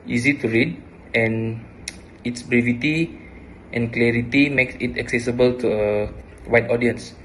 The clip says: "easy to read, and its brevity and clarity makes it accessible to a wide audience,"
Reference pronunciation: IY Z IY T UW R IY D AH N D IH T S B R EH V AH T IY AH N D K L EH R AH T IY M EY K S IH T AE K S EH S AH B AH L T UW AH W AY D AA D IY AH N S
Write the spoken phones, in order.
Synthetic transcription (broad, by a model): IY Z IY T UW R IY D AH N IH T S B R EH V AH T IY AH N K L EH R AH T IY M EY K S IH T AE K S EH S AH B AH L T UW AH W AY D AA D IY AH N S